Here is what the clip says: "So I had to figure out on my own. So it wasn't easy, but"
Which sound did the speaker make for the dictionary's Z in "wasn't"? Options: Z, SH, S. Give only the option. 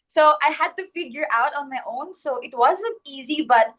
Z